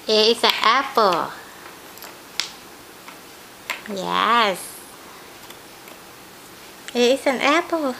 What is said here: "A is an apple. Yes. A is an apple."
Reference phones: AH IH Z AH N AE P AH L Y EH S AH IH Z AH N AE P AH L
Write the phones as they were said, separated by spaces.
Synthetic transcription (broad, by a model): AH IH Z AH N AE P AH L Y EH S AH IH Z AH N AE P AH L